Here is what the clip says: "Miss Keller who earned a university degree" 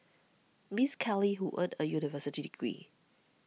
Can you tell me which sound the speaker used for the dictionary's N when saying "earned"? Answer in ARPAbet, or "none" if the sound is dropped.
none